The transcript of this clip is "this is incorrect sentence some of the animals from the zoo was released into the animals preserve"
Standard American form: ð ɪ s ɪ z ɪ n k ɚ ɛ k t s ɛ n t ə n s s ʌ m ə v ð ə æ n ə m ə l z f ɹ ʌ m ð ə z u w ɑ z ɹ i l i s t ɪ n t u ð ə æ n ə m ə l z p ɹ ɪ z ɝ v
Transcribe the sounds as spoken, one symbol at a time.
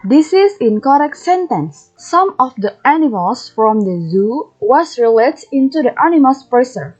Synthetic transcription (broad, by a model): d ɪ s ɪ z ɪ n k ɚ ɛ k t s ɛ n t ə n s s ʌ m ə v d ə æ n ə m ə l s f ɹ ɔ m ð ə z u w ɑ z ɹ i l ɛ t ɪ n t u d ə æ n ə m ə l s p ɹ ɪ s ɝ